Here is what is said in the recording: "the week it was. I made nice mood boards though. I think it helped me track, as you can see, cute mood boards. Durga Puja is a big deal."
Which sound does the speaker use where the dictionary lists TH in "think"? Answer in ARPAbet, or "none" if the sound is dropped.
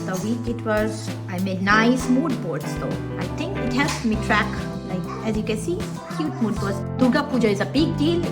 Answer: T